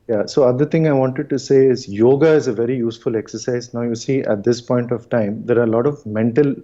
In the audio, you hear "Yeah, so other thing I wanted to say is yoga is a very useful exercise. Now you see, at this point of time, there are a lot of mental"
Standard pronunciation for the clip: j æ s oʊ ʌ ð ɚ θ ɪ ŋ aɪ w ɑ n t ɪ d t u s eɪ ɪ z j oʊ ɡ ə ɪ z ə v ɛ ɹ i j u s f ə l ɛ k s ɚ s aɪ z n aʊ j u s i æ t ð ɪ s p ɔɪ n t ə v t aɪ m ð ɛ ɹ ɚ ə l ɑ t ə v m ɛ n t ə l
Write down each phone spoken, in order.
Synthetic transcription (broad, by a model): j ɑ s oʊ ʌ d ɚ t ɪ ŋ aɪ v ɑ n t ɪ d t u s eɪ ɪ z j oʊ ɡ ə ɪ z ə v ɛ ɹ i j u s f ə l ɛ k s ɚ s aɪ z n aʊ j u s i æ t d ɪ s p ɔɪ n t ə v t aɪ m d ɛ ɹ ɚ ə l ɑ t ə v m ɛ n t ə l